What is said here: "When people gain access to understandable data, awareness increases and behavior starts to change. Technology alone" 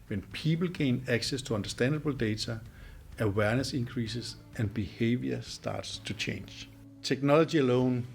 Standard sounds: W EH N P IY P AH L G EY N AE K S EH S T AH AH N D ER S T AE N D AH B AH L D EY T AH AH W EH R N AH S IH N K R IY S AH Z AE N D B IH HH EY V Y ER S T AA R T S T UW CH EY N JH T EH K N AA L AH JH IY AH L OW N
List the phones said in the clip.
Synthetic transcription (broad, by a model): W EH N P IY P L G EY N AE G S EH S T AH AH N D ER S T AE N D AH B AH L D EY S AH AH W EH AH N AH S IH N K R IY S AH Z AE N D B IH HH EY V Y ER S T AA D S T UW CH EY N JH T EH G N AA L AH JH IY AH L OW N